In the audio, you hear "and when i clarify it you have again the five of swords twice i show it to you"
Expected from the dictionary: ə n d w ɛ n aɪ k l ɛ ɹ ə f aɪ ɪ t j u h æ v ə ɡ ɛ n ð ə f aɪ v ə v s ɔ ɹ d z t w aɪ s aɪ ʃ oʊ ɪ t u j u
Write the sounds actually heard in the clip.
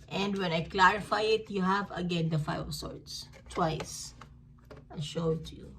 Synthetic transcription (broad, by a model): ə n d w ɛ n aɪ k l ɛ ɹ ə f aɪ ɪ t j u h æ v ə ɡ ɛ n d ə f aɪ ə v s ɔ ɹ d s t w aɪ s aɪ ʃ oʊ t u j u